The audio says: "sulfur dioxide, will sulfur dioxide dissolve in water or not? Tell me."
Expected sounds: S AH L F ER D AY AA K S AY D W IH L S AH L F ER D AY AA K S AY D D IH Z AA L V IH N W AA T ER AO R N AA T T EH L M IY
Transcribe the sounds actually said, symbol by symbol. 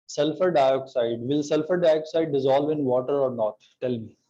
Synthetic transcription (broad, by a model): S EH L F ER D AY AA K S AY D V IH L S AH L F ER D AY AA K S AY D D IH Z AA L V IH N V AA T ER AO R N AA T T EH L M IY